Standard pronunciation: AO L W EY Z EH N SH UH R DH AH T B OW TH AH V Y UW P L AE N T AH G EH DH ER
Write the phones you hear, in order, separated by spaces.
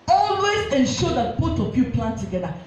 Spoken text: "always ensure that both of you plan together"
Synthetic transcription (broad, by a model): AO L W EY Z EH N SH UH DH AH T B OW T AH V Y UW P L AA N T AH G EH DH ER